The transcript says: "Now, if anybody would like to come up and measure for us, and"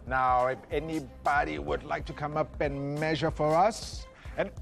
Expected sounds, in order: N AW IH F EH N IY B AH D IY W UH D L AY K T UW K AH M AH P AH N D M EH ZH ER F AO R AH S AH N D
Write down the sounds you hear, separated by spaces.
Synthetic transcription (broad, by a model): N AW IH F EH N IY B AH D IY W UH D L AY K T UW K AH M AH P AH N M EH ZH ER F AO R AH S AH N